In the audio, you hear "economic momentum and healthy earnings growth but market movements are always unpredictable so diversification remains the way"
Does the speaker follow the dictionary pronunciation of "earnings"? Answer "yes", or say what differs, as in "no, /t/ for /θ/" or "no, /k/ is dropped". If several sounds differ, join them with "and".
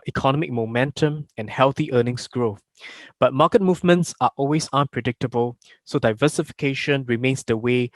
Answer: no, /s/ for /z/